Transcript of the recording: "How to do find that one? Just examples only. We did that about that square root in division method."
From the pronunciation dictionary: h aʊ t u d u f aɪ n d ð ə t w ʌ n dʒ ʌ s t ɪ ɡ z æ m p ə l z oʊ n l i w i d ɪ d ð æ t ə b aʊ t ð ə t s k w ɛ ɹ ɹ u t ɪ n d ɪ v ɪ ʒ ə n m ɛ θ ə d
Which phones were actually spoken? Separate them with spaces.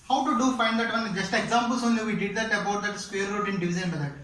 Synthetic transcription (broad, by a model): h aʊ t u d u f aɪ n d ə t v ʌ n dʒ ʌ s t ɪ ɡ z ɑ m p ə l s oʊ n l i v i d ɪ d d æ t ə b aʊ t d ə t s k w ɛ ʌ ɹ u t ɪ n d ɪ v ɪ z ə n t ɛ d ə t